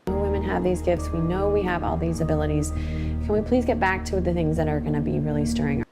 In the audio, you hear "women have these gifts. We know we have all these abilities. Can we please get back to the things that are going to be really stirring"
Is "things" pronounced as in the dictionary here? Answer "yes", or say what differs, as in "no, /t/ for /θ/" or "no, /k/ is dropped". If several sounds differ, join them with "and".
yes